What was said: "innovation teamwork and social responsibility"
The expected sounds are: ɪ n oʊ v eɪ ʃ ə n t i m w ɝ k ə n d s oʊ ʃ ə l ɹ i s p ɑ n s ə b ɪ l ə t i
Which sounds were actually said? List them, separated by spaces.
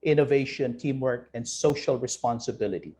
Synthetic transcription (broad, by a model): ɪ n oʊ v eɪ ʃ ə n t i m w ɝ k ə n d s oʊ ʃ ə l ɹ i s p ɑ n s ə b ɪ l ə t i